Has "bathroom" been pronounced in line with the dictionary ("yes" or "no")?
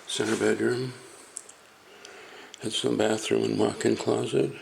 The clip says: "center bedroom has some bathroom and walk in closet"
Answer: yes